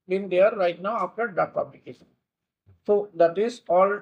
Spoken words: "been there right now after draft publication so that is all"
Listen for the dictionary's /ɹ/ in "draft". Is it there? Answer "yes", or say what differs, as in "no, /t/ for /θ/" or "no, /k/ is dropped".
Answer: no, /ɹ/ is dropped